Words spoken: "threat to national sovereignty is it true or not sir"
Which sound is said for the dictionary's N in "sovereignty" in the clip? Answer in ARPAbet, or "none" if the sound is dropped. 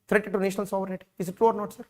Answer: none